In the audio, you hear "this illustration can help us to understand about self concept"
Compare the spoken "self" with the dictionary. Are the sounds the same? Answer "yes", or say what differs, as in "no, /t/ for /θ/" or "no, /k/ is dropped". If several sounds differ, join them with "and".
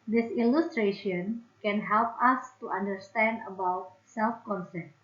yes